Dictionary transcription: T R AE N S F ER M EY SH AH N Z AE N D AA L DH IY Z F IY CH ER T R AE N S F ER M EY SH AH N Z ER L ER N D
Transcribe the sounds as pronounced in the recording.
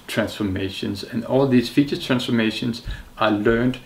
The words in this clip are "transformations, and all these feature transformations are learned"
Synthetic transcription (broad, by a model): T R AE N S F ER M EY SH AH N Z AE N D AA L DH IY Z F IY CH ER T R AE N S F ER M EY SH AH N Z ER L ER N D